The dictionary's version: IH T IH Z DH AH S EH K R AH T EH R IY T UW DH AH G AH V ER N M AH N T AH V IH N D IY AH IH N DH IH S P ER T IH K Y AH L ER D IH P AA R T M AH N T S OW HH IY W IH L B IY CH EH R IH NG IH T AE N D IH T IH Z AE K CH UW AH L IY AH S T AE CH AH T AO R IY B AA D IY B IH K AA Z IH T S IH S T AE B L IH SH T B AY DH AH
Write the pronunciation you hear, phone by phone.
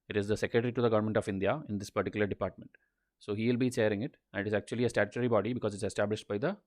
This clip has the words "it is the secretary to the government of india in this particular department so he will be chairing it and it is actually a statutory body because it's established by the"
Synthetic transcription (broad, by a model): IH T IH Z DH AH S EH K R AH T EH R IY T UW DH AH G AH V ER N M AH N T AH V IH N D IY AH IH N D IH S P ER T IH K Y AH L ER D IH P AA R T M AH N T S OW HH IY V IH L B IY CH EH R IH NG IH T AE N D IH T IH Z AE K CH UW AH L IY AH S T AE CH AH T R IY B AA D IY B IH K AA Z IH T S IH S T AE B L IH SH T B AY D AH